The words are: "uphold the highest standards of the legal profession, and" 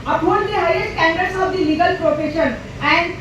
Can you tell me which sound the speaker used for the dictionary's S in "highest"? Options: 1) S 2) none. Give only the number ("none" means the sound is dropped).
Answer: 2